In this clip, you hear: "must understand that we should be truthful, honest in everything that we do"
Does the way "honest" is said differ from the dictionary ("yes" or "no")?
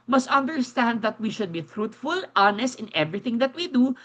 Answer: no